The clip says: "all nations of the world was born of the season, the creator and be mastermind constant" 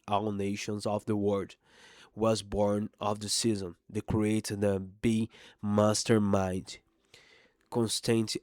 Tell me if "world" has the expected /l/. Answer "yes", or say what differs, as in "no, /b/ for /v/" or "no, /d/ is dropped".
no, /l/ is dropped